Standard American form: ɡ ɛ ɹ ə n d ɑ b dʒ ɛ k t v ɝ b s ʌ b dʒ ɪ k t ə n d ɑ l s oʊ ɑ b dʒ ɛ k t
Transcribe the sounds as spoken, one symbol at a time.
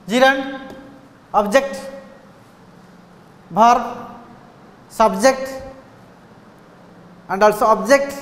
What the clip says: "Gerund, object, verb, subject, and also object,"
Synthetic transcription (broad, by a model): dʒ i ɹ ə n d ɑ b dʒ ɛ k t b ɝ s ʌ b dʒ ɪ k t ə n d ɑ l s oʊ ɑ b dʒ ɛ k t